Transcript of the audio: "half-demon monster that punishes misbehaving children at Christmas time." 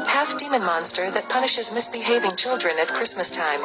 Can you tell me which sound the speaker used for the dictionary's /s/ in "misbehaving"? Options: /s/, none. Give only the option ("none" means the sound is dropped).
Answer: /s/